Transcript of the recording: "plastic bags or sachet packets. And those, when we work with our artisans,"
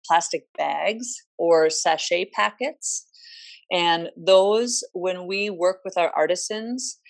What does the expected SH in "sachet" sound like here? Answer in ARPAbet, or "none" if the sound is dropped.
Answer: SH